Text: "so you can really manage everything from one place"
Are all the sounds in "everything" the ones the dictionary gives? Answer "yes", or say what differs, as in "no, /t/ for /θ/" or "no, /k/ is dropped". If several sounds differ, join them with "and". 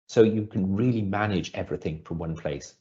yes